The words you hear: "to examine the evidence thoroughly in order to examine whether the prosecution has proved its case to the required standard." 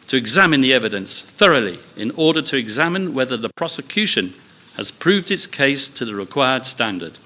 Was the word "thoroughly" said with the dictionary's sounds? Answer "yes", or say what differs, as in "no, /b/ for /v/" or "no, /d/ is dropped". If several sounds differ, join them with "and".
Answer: yes